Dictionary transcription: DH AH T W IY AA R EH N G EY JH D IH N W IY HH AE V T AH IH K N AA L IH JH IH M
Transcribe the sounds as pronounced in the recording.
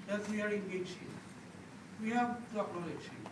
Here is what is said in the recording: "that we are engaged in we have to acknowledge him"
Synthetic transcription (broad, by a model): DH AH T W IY AA R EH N G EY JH IH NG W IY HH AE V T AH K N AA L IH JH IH